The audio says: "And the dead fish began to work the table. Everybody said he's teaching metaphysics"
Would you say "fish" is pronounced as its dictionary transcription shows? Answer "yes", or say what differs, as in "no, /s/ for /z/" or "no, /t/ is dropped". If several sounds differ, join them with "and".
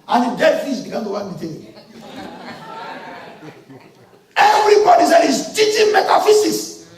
no, /s/ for /ʃ/